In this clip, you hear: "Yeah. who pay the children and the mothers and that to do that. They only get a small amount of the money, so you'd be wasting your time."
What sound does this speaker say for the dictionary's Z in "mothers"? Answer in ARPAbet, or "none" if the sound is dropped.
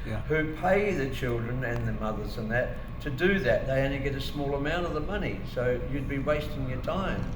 Z